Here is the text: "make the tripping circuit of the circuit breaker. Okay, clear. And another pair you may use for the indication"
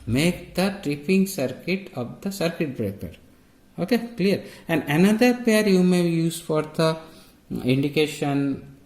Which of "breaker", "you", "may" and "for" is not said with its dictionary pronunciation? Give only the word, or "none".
none